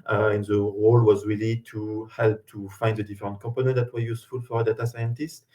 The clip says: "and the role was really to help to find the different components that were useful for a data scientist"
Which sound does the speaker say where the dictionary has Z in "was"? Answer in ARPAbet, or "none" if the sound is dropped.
Z